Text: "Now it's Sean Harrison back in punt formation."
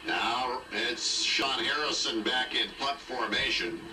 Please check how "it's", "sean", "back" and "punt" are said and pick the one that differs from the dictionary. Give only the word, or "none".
punt